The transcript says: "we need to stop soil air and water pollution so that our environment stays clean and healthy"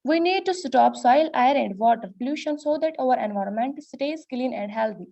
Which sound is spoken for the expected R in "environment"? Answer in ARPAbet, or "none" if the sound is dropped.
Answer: R